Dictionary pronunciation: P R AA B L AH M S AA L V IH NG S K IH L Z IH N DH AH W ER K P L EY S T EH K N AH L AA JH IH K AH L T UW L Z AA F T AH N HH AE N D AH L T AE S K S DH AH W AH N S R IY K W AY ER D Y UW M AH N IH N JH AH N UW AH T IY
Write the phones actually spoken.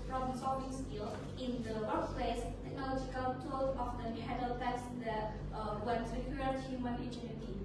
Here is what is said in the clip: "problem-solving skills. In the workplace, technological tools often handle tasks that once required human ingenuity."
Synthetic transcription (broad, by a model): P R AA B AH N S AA V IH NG S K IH L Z IH N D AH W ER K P L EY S T EH K N AH L AA JH IH K AH L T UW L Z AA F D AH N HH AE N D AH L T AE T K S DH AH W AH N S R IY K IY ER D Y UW M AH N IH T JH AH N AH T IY